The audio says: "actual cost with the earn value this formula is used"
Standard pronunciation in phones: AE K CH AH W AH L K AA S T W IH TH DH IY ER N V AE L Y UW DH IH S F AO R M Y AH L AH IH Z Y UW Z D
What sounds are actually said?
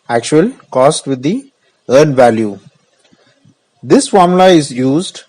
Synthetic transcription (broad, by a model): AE K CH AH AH L K AA S T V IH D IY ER N V AE L Y UW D IH S F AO R M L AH AH IH Z Y UW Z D